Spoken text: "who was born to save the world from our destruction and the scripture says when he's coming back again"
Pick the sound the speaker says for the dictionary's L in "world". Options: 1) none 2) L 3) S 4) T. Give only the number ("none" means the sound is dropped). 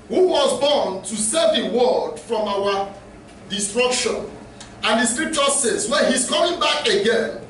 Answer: 1